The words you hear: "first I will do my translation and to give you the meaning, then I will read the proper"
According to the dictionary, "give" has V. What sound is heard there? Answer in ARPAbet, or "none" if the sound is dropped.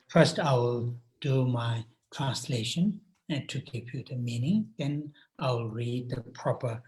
P